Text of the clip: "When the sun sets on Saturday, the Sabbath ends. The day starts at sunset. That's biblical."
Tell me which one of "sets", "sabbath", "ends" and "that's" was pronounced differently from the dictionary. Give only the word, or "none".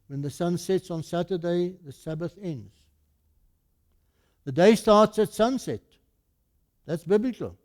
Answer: none